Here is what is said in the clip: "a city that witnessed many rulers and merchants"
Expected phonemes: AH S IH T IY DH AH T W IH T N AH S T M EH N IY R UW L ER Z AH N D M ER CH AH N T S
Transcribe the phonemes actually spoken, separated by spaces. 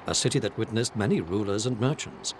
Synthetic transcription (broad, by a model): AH S IH T IY DH AH T W IH T N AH S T M EH N IY R UW L ER Z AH N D M ER CH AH N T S